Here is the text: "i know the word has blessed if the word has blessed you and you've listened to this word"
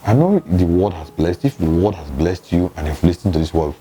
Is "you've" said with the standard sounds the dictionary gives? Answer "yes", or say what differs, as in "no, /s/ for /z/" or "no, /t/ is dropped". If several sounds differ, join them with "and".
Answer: no, /f/ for /v/